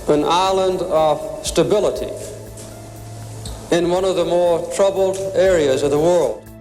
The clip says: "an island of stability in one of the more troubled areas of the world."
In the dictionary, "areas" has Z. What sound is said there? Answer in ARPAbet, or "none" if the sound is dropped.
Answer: Z